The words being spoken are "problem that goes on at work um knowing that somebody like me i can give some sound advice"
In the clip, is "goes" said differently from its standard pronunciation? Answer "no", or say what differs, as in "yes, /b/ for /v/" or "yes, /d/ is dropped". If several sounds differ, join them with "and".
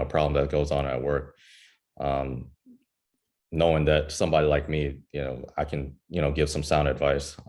no